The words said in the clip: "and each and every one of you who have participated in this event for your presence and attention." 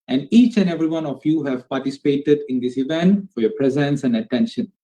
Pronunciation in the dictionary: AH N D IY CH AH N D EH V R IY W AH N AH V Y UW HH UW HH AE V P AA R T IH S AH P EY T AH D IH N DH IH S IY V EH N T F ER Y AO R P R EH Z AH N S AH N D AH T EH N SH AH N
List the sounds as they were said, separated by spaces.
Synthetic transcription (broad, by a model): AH N D IY CH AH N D EH V R IY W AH N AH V Y UW HH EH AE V P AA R T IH S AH P EY T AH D IH N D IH S IY V EH N T F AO Y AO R P R EH Z AH N S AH N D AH T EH N SH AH N